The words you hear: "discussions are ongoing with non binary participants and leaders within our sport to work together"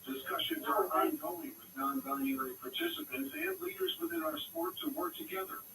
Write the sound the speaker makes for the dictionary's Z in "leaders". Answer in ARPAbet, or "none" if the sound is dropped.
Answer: Z